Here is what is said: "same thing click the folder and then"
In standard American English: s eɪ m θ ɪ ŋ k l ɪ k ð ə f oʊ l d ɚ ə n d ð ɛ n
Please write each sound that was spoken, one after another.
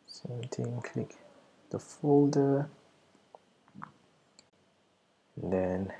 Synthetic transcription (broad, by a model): s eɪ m t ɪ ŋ k l ɪ k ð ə f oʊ l d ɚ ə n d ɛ n